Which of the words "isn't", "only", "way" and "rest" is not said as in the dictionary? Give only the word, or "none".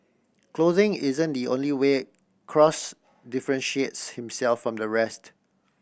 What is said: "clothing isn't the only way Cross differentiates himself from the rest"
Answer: none